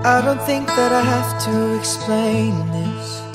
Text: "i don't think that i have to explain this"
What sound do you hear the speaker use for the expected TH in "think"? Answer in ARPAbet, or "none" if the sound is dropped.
TH